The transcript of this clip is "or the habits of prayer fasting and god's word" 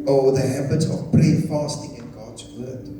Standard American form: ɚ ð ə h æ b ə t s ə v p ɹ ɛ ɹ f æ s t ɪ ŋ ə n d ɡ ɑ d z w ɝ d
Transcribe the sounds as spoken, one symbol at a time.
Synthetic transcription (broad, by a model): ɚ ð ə h æ b ə t s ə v b ɹ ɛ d f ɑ s t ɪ ŋ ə n ɡ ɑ d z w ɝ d